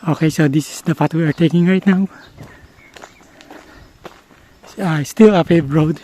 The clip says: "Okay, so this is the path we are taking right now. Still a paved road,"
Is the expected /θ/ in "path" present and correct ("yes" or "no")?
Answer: no